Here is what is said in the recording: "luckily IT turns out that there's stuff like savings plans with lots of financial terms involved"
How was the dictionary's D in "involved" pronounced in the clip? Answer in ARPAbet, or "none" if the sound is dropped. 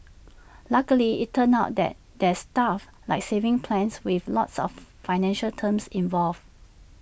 none